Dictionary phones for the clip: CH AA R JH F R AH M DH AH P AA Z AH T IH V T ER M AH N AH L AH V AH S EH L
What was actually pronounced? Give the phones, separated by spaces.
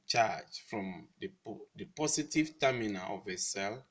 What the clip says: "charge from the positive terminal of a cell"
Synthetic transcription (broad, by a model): CH AA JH F R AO M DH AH P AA S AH T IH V T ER M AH N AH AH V AH S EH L